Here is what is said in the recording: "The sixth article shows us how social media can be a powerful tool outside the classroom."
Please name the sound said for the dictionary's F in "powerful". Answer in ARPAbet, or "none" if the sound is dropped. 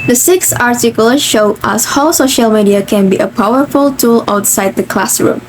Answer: F